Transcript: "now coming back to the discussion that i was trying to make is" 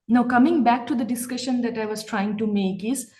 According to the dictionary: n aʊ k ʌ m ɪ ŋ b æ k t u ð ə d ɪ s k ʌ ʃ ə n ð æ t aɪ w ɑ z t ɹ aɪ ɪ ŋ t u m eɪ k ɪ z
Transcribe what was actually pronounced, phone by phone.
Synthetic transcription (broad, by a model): n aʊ k ʌ m ɪ ŋ b æ k t u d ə d ɪ s k ʌ ʃ ə n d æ t aɪ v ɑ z t ɹ aɪ ɪ ŋ t u m eɪ k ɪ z